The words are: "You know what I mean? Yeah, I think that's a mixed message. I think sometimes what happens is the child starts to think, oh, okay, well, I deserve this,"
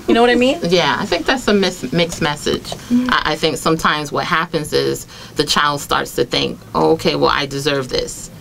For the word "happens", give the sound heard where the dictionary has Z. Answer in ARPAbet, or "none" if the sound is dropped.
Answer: Z